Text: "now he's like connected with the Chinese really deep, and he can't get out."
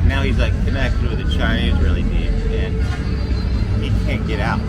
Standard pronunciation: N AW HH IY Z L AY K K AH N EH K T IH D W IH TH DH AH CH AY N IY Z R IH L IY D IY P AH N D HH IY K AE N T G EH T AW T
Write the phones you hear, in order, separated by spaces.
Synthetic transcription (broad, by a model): N AW HH IY Z L AY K K AH N EH K T IH D W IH DH AH CH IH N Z R IH L IY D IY AH N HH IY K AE N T G EH T AW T